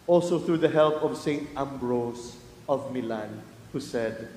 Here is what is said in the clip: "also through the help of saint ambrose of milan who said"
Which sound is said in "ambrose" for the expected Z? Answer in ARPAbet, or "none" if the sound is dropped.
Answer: S